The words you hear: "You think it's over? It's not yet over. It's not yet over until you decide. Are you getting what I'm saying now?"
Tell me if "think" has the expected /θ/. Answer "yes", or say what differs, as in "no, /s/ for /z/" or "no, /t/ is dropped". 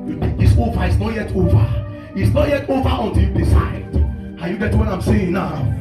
no, /t/ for /θ/